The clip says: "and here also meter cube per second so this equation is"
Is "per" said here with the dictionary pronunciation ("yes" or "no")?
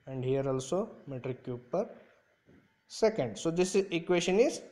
yes